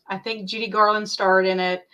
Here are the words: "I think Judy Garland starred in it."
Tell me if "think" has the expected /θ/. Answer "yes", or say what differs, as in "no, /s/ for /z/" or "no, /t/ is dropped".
yes